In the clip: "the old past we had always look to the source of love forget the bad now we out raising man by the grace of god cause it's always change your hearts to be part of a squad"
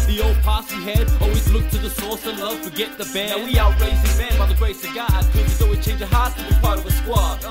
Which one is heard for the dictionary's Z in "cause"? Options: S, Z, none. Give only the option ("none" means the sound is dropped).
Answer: none